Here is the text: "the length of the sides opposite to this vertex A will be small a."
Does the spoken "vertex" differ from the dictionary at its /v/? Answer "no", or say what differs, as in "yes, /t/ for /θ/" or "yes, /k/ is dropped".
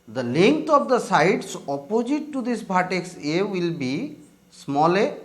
yes, /b/ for /v/